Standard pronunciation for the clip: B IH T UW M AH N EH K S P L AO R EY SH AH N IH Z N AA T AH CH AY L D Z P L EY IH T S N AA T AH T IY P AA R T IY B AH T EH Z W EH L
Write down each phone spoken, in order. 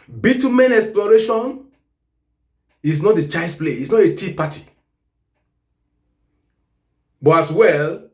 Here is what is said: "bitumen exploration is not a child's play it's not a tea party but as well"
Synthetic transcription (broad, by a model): B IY T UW M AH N EH K S P L AO R EY SH AH N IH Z N AA T AH CH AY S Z P L EY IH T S N AA T AH T IY P AA T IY B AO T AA S W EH L